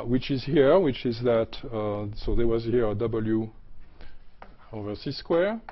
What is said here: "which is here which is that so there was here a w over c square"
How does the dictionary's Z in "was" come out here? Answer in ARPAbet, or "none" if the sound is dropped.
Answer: Z